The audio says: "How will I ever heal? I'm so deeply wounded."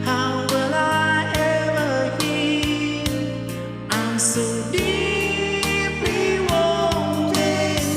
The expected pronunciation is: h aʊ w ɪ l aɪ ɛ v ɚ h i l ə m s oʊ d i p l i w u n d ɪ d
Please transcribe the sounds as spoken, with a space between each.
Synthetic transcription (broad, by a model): h aʊ w ɪ l aɪ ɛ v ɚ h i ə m s oʊ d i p i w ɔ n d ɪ